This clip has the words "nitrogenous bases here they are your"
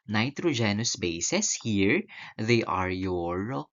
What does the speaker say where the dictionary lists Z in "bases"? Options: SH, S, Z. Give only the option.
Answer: S